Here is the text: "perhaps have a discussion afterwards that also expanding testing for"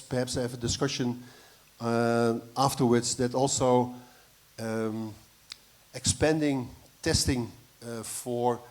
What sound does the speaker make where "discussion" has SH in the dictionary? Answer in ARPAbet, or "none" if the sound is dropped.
SH